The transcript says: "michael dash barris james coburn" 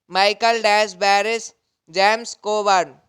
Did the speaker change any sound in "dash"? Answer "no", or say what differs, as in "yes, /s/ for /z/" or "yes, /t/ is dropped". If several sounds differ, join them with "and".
yes, /s/ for /ʃ/